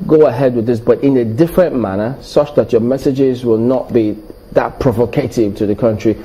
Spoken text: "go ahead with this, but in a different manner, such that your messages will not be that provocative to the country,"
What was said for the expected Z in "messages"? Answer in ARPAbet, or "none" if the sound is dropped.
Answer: Z